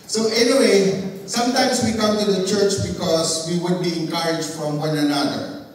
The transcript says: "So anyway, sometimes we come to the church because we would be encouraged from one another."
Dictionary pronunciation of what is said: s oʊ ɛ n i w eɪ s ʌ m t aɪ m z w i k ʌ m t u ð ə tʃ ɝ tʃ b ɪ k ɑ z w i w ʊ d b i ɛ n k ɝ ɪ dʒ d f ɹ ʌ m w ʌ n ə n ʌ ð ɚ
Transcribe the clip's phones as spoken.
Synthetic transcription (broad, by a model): s oʊ ɛ n i w eɪ s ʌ m t aɪ m s w i k ʌ m t u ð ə tʃ ɝ tʃ b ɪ k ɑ s w i w ʊ d b i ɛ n k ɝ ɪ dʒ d f ɹ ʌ m w ʌ n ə n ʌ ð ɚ